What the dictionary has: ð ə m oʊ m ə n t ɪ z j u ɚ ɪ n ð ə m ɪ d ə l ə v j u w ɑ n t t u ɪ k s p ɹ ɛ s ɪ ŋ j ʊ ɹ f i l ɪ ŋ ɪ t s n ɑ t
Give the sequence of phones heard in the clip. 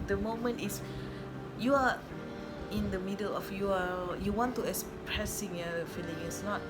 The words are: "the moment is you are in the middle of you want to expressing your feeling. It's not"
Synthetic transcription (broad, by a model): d ə m oʊ m ə n t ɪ s j u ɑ ɪ n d ə m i d ə l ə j j u w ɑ n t t u ɪ k s p ɹ ɛ s ɪ ŋ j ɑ f i l ɪ ŋ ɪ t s n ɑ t